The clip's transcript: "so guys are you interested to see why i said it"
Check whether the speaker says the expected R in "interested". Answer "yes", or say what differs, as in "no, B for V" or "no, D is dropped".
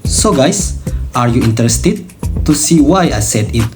yes